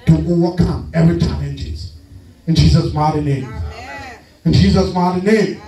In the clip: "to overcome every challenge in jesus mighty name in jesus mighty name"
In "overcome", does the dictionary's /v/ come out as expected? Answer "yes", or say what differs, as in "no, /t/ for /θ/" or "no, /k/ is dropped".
no, /w/ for /v/